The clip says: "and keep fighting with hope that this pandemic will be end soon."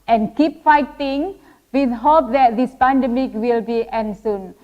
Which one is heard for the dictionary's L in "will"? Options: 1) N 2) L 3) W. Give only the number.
2